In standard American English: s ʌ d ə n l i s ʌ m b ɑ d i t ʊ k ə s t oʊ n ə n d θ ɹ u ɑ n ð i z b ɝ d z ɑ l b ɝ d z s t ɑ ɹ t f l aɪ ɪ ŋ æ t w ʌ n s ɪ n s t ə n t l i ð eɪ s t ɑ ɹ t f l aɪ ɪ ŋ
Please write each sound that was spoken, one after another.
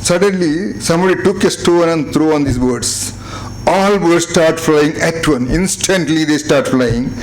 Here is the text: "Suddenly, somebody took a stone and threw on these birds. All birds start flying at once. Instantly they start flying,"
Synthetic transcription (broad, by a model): s ʌ d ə n l i s ʌ m b ɑ d i t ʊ k ə s t oʊ n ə n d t ɹ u ɑ n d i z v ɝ d s ɑ l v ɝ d s t ɑ ɹ t f l aɪ ɪ ŋ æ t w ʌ n ɪ n s t ə n t l i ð eɪ s t ɑ ɹ t f l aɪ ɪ ŋ